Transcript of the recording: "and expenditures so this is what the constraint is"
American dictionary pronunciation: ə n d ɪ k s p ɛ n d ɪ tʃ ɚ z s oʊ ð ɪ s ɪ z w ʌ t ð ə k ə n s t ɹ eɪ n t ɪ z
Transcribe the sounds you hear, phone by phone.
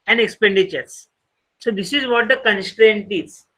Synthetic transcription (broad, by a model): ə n d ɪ k s p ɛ n d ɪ tʃ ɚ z s oʊ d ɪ s ɪ z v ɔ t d ə k ə n s t ɹ eɪ n t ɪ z